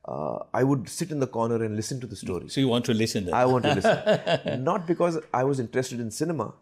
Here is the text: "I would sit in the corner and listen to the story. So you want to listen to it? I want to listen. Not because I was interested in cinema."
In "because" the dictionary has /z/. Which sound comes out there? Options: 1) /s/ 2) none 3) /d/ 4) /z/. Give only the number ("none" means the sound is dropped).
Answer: 4